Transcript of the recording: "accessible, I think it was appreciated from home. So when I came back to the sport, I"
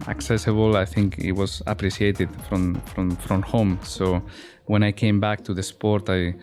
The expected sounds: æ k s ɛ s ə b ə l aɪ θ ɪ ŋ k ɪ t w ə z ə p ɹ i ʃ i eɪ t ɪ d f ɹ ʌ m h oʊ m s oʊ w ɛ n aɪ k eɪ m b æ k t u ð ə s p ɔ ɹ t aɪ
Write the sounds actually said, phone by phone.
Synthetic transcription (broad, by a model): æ k s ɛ s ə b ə l aɪ θ ɪ ŋ k ɪ t w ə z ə p ɹ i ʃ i eɪ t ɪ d f ɹ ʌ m h oʊ m s oʊ w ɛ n aɪ k eɪ m b æ k t u ð ə s p ɔ ɹ t aɪ